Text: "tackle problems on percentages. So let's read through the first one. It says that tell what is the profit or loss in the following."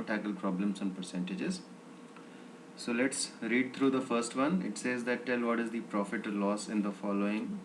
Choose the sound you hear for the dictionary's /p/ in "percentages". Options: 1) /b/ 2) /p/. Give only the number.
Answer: 2